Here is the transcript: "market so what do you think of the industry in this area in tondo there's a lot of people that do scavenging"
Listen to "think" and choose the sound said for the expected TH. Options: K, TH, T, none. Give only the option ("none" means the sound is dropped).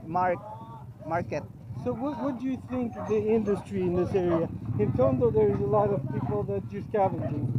TH